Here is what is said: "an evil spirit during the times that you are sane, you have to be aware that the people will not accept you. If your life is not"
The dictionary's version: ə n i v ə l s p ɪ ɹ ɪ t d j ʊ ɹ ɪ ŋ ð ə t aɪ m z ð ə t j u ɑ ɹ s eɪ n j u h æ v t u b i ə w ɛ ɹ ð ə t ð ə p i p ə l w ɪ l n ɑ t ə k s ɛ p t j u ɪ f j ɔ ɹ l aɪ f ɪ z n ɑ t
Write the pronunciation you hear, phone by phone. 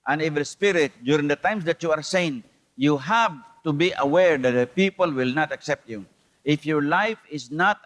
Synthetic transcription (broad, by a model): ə n i v ə l s p ɪ ɹ ɪ t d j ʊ ɹ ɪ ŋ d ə t aɪ m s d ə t j u ɑ ɹ s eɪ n j u h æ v t u b i ə w ɛ ɹ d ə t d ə p i p ə l w ɪ l n ɑ t ə k s ɛ p t j u ɪ f j ɔ ɹ l aɪ f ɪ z n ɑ t